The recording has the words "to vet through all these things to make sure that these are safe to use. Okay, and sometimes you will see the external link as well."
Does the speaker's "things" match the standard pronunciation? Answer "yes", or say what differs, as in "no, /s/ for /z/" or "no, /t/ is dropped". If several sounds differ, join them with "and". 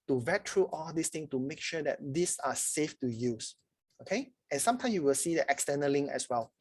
no, /z/ is dropped